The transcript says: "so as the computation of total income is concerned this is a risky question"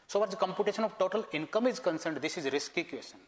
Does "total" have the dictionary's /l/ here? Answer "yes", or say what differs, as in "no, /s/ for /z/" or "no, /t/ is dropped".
yes